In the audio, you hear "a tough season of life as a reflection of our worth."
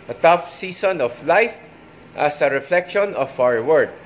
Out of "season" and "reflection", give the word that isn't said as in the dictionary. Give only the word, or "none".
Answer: season